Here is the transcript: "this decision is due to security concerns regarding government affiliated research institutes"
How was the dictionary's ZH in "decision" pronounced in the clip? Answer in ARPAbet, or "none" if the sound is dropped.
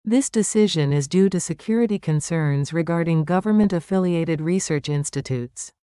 ZH